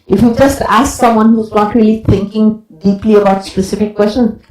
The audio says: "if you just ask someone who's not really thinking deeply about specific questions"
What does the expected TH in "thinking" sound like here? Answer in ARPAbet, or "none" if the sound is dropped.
T